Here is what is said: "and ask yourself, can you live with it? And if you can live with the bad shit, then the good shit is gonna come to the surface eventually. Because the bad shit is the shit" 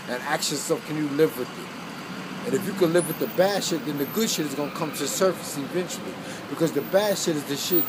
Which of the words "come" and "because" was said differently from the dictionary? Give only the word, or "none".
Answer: none